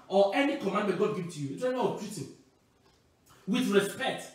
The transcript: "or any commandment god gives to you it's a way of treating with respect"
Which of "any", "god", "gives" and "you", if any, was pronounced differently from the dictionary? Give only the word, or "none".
gives